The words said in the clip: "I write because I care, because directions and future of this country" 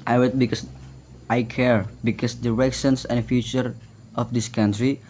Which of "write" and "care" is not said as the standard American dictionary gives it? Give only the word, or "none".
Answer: write